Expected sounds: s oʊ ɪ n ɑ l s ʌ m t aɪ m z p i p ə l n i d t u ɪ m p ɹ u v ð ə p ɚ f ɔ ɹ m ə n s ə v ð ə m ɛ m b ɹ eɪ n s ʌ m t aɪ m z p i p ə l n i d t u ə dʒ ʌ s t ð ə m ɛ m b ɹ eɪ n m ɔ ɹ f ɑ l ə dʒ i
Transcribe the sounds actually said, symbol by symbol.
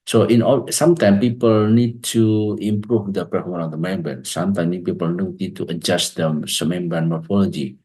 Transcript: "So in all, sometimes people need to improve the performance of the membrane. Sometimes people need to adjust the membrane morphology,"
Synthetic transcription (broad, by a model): s oʊ ɪ n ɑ s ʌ m t aɪ m p i p ə l n i d t u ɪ m p ɹ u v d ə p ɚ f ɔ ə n ə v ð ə m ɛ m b eɪ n s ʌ m t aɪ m p i p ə l n i d t u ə dʒ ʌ s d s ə m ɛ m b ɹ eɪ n m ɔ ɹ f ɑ l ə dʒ i